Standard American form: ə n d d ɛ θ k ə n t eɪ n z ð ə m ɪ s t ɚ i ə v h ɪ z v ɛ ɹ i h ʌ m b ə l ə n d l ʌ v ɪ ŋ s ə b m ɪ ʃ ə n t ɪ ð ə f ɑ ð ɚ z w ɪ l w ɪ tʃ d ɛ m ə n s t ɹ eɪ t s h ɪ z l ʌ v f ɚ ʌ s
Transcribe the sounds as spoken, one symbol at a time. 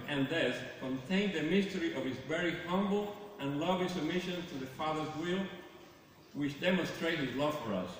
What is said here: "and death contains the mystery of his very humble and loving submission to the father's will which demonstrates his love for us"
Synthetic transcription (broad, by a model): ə n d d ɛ s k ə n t eɪ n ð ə m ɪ s t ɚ i ə v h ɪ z v ɛ ɹ i h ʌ m b l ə n l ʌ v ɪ s ə b m ɪ ʃ ə n t ɪ ð ə f ɑ ð ɚ z w ɪ l w ɪ tʃ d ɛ m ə n s t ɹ eɪ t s h ɪ z l ʌ v f ɚ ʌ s